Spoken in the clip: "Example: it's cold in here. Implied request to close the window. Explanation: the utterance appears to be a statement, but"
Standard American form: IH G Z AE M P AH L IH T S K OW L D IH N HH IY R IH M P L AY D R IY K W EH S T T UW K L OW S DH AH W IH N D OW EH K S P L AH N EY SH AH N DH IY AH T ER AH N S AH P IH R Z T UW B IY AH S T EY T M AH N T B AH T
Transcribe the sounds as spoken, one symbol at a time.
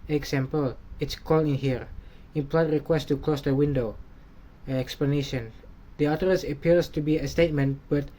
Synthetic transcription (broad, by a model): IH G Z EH M P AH L IH T S K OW L IH N HH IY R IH M P L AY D R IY K W EH S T T UW K L OW S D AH W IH N D OW EH K S P L AH N EY SH AH N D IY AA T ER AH S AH P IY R S T UW B IY AH S T EY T M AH N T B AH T